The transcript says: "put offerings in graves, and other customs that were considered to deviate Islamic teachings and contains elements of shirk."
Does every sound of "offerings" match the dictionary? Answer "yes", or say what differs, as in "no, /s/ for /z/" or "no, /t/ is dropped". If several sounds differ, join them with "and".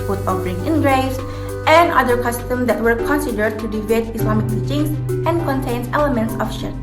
no, /z/ is dropped